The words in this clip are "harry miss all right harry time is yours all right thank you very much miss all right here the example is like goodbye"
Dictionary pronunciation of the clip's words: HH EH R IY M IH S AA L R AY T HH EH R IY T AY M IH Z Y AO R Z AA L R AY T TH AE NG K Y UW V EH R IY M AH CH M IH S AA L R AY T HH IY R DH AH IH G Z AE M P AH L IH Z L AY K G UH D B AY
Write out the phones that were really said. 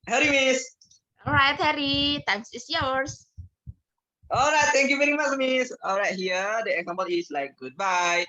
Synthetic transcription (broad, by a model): HH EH R IY M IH S AA L R AY T HH EH R IY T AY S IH S Y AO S AA L R AY T T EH NG K Y UW V EH R IY M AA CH M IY S AA L R AY T HH IY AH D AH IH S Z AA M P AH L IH S L AY K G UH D B AY